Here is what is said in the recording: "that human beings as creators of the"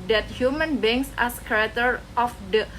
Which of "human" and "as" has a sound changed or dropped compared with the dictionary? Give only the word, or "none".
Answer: as